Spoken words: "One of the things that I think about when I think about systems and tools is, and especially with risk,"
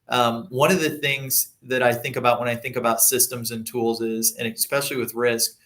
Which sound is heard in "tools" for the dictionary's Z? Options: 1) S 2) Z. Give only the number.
2